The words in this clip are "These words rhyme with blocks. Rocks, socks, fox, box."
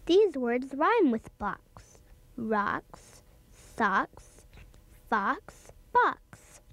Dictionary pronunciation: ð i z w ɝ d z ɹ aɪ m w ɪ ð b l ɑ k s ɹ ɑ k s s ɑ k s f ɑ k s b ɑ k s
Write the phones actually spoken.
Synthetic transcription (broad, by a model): ð i z w ɝ d z ɹ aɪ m w ɪ ð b ɑ k s ɹ ɑ k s s ɑ k s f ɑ k s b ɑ k s